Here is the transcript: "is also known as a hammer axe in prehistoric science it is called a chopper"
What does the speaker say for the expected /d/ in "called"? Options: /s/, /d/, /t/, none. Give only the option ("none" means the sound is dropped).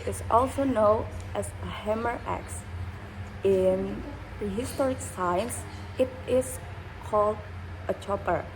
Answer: /d/